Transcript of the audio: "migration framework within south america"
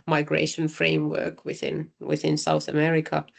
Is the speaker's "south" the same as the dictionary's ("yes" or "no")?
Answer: yes